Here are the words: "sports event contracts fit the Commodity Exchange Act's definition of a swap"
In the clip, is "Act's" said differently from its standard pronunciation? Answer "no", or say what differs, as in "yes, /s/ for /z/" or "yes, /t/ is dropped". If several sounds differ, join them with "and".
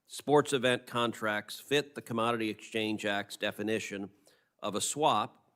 no